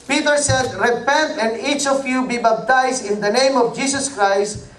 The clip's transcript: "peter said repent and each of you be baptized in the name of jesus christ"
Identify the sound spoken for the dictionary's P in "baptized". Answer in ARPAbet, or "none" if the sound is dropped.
B